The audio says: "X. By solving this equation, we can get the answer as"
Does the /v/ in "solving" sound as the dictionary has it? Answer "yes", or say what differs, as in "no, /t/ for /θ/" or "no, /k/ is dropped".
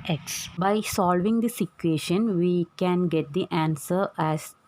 yes